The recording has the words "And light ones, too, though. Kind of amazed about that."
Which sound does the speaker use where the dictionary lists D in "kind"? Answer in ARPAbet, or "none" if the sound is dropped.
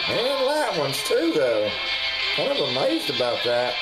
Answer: none